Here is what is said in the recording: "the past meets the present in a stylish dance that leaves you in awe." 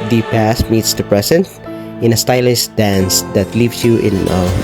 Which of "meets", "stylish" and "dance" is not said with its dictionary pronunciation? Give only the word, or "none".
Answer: stylish